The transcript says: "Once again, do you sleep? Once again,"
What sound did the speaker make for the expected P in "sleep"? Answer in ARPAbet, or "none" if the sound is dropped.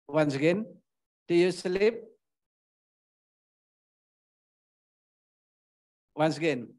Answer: P